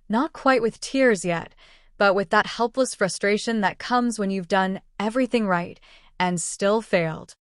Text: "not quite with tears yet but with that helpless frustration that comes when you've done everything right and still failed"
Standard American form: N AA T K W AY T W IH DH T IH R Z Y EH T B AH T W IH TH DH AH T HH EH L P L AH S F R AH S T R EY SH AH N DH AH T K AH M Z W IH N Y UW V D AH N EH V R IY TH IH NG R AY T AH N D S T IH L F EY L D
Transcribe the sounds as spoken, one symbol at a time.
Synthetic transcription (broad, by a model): N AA T K W AY T W IH DH T IH R Z Y EH T B AH T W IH DH AH T HH EH L P L AH S F R AH S T R EY SH AH N DH AH T K AH M Z W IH N Y UW V D AH N EH V R IY TH IH NG R AY T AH N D S T IH L F EY L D